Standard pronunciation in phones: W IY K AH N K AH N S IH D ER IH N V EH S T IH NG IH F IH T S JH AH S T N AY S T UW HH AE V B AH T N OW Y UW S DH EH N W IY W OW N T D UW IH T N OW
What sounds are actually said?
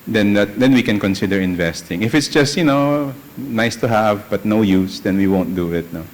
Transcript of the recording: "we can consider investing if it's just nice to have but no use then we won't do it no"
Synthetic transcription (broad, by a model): W IY K AH N K AH N S IH D ER IH N V EH S T IH NG IH F IH T S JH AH S T N AY S T UW HH AE V B AH T N OW Y UW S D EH N W IY W OW N T D UW IH T N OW